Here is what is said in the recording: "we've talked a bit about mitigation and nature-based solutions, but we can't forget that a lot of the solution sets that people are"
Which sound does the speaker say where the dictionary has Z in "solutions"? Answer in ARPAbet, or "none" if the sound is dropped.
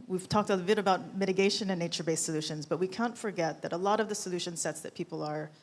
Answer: Z